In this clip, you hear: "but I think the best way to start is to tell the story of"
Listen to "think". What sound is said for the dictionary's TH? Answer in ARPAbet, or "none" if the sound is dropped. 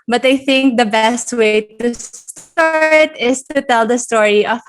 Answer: TH